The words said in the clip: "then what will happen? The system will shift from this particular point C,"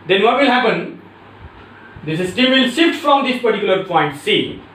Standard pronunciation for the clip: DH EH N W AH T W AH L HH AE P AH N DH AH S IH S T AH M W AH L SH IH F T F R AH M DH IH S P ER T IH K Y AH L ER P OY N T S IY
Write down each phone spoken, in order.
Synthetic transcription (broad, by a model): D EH N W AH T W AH L HH AE P AH N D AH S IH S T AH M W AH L S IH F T F R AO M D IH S P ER T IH K Y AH L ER P OY N T S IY